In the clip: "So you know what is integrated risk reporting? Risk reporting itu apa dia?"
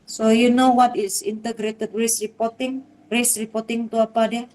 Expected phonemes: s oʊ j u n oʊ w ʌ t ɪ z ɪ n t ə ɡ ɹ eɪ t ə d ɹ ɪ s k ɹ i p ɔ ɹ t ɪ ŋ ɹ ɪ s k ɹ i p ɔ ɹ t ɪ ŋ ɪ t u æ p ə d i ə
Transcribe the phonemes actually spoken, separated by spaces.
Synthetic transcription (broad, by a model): s oʊ j u n oʊ w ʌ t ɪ s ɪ n t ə ɡ ɹ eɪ t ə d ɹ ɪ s ɹ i p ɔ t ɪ ŋ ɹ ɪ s ɹ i p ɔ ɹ t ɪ ŋ t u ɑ p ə d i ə